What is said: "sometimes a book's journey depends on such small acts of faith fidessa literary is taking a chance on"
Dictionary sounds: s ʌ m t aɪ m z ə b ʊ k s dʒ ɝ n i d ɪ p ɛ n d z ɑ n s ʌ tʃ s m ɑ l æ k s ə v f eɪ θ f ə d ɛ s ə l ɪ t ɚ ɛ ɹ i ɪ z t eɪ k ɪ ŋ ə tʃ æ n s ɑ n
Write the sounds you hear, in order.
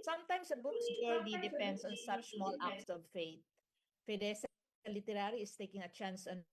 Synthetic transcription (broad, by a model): s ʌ m t aɪ m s ə b ʊ k s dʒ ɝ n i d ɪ p ɛ n d s ɑ n s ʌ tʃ s m ɑ l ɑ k s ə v f eɪ t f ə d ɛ s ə l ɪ t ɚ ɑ ɹ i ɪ s t eɪ k ɪ ŋ ə tʃ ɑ n s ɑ n